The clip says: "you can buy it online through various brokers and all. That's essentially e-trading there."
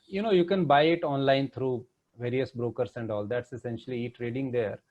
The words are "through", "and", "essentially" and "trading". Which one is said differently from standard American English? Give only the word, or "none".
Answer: through